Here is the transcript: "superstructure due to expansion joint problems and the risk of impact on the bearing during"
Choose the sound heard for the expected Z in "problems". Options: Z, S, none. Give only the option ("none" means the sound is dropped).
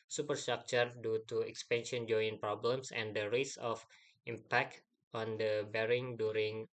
S